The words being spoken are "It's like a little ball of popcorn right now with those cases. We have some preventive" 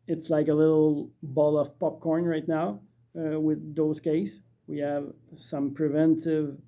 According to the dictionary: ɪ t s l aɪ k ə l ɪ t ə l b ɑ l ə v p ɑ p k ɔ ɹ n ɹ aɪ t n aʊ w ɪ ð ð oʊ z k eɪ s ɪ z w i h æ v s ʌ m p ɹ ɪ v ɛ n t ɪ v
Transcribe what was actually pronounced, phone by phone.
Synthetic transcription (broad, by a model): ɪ t s l aɪ k ə l ɪ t l b ɑ l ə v p ɑ p k ɔ ɹ n ɹ aɪ t n aʊ w ɪ ð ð oʊ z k eɪ ɪ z w i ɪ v s ʌ m p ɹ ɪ v ɛ n t ɪ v